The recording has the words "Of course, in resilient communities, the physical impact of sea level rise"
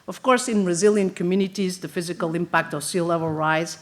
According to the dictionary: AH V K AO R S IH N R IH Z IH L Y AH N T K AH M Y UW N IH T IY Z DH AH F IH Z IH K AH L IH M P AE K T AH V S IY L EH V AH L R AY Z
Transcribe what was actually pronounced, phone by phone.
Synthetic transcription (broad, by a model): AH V K AO R S IH N R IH Z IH L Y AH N K AH M Y UW N IH T IY Z DH AH F IH Z IH K AH L IH M P AE K T AH V S IY L EH V AH L R AY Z